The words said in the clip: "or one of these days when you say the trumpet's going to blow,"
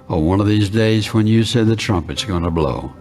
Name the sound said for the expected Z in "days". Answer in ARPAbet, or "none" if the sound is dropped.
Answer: Z